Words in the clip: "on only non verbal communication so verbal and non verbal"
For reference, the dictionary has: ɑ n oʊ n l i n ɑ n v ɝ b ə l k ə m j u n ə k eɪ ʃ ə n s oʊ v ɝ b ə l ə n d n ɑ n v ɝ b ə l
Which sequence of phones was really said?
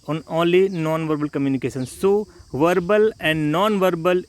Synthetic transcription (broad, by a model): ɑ n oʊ l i n ɑ n v ɝ b ə l k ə m j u n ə k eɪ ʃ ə n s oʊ v ɝ b ə l ə n d n ɑ n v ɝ b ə l